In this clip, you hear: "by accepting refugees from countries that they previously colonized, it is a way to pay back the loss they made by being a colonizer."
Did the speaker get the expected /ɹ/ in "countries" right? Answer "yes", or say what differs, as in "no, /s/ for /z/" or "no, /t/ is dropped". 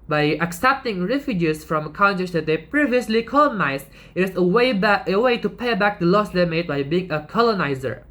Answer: no, /ɹ/ is dropped